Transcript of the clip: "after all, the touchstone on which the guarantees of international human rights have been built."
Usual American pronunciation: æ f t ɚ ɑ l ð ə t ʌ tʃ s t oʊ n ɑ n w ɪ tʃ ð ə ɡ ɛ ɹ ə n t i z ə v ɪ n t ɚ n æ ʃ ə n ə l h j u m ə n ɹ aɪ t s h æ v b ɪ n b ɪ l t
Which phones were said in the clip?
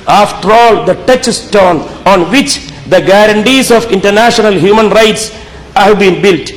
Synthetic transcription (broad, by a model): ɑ f t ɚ ɑ l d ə t ʌ tʃ s t oʊ n ɑ n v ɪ tʃ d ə ɡ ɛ ɹ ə n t i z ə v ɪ n t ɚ n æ ʃ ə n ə l h j u m ə n ɹ aɪ t s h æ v b ɪ n b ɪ l t